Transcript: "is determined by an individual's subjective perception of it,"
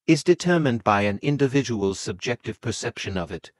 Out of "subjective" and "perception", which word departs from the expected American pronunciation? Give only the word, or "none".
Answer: none